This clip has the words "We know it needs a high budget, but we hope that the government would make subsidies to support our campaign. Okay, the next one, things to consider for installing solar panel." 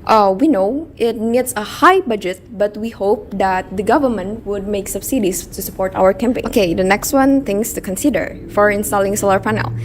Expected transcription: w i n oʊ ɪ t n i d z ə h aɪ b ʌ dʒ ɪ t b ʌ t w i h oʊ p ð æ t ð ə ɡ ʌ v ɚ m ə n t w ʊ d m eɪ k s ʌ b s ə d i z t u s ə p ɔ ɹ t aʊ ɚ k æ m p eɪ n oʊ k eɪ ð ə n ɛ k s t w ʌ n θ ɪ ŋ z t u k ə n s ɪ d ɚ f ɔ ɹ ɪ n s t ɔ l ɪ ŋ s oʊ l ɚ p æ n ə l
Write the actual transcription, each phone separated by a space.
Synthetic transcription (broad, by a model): w i n oʊ ɪ t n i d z ə h aɪ b ʌ dʒ ɪ t b ʌ t w i h oʊ p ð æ t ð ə ɡ ʌ v ɚ m ə n t w ʊ d m eɪ k s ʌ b s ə d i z t u s ə p ɔ ɹ t aʊ ɚ k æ m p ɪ oʊ k eɪ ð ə n ɛ k s t w ʌ n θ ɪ ŋ s t u k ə n s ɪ d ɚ f ɔ ɹ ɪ n s t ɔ l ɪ ŋ s oʊ l ɚ p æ n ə l